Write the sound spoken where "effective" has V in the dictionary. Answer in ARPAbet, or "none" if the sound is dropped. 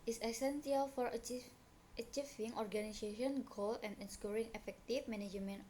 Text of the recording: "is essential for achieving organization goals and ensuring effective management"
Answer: F